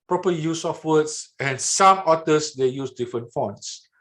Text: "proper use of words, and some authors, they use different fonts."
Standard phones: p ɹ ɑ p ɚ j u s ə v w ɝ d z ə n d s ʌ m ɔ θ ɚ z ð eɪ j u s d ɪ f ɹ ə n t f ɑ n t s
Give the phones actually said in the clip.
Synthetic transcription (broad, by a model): p ɹ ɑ p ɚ j u s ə f w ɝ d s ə n s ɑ m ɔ t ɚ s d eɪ j u s d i f ɹ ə n t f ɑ n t s